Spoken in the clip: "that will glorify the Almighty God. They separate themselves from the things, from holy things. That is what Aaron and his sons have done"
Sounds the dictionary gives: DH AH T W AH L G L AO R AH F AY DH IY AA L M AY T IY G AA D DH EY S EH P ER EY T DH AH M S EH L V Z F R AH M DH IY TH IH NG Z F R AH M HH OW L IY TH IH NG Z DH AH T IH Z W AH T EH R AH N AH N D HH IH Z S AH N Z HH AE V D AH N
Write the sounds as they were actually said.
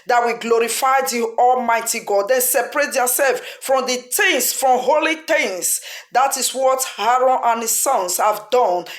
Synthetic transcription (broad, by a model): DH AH T W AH G L AO R AH F AY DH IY AA L M AY T IY G AA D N S EH P ER EY T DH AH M S EH L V F R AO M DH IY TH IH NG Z F R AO M HH OW L IY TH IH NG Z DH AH T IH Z W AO T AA R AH N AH N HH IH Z S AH N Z HH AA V D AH N